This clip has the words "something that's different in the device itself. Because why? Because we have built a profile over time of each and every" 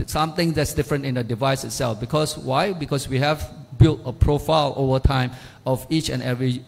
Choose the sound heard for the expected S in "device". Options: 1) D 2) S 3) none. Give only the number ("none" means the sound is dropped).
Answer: 2